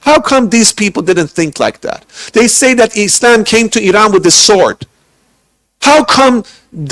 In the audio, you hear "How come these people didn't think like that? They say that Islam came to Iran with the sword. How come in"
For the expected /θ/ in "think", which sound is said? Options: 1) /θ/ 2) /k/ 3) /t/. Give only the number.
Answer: 1